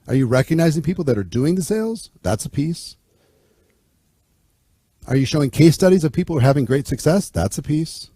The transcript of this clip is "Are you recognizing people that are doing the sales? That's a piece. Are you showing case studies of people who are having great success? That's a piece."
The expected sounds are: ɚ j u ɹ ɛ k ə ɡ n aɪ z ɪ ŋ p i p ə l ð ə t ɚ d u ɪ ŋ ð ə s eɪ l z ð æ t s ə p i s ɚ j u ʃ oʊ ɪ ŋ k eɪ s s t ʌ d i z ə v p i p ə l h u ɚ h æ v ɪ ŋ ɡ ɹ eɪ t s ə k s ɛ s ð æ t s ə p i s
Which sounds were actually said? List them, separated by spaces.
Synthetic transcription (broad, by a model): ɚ j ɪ ɹ ɛ k ə ɡ n aɪ z ɪ ŋ p i p l ð ə t ɚ d u ɪ ŋ ð ə s eɪ l z ð æ t s ə p i s ɚ j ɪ ʃ oʊ ɪ ŋ k eɪ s s t ʌ d i z ə v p i p l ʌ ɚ h æ v ɪ ŋ ɡ ɹ eɪ t s ə k s ɛ s ð æ t s ə p i s